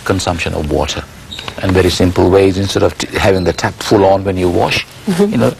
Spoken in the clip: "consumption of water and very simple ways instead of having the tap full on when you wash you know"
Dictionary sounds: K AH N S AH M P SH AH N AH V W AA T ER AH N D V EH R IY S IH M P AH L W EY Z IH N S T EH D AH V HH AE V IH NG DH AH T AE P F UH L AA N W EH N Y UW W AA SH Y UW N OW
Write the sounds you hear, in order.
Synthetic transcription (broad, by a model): K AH N S AH M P SH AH N AH V W AA T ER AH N V EH R IY S IH M P AH L W EY Z IH N S T EH D AH V HH AE V IH NG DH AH T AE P F UH L AA N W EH N Y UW W AA SH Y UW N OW